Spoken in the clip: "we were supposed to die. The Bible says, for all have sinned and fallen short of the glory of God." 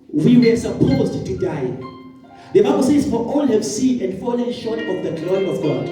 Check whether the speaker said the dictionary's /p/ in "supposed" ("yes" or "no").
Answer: yes